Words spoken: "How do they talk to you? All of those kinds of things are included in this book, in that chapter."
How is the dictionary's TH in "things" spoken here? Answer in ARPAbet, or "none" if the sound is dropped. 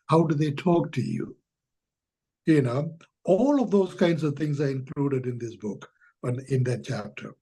T